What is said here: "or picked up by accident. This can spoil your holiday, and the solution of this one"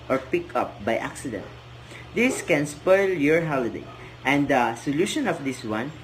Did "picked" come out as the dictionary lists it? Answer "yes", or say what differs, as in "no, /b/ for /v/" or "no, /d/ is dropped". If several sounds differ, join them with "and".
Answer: no, /t/ is dropped